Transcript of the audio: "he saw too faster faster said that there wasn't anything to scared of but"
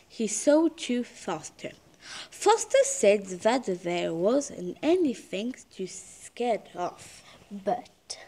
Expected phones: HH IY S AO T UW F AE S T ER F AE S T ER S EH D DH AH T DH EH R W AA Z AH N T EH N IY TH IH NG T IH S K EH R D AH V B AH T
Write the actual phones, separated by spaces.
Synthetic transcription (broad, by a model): HH IY S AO T UW F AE S T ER F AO S T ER S EH D DH AH T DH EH R W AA Z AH N EH N IY TH IH NG T IH S K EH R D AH F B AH T